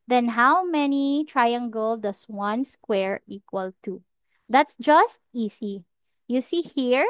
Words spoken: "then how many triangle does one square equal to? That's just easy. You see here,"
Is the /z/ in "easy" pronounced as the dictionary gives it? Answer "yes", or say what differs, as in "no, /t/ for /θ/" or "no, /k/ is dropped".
no, /s/ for /z/